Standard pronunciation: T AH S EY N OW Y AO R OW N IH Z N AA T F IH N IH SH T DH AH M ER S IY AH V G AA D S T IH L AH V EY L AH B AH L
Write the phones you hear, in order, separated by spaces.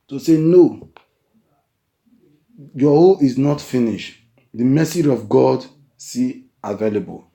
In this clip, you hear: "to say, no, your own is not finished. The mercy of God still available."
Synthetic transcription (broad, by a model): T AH S EY N OW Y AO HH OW L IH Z N AA T F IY N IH SH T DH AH M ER S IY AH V G AA D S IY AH V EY L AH B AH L